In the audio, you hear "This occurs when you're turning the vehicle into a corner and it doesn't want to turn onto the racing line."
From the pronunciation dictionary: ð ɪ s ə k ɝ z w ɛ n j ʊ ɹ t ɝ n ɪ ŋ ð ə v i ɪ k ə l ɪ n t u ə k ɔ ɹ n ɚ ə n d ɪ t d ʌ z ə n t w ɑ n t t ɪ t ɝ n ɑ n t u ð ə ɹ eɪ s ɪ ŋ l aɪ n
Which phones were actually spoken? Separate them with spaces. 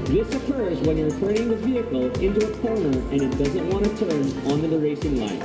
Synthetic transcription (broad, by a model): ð ɪ s ə k ɝ z w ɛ n j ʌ ɹ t ɝ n ɪ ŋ ð ə v i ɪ k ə l ɪ n t u ə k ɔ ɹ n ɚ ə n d ɪ t d ʌ z ə n t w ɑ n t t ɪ t ɝ n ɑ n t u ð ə ɹ eɪ s ɪ ŋ l aɪ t